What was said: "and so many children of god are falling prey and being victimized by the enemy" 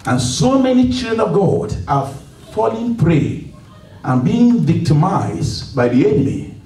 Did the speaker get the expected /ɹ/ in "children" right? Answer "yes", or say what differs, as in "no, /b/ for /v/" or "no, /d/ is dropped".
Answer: no, /ɹ/ is dropped